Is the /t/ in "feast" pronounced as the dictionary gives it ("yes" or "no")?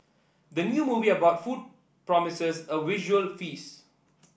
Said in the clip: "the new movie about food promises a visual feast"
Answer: no